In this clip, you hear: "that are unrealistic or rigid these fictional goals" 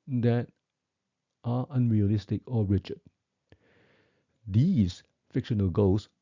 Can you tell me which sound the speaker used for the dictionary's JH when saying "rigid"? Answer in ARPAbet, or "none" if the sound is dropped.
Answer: CH